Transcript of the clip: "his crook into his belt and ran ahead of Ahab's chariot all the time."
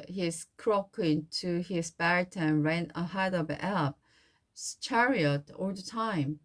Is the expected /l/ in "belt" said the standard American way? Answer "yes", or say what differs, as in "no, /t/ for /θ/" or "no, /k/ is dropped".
no, /l/ is dropped